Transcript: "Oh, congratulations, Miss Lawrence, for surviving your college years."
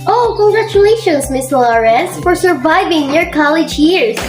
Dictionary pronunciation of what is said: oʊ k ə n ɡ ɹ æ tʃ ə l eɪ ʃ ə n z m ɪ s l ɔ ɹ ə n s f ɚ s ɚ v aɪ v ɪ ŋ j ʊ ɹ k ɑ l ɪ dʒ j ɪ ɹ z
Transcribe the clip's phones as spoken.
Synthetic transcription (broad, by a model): oʊ k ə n ɡ ɹ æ tʃ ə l eɪ ʃ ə n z m ɪ s l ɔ ɹ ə s f ɚ s ɚ v aɪ v ɪ ŋ j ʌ ɹ k ɑ l ɪ dʒ j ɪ ɹ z